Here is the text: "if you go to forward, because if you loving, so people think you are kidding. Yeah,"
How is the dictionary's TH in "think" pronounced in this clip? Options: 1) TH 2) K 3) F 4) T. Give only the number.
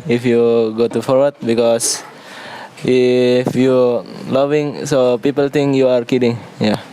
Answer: 4